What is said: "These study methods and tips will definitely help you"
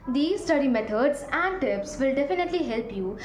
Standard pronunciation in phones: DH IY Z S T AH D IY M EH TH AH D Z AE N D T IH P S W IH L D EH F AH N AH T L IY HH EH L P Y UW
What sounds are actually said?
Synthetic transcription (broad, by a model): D IY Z S T AH D IY M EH T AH D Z AE N D T IH P S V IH L D EH F AH N AH T L IY HH EH L P Y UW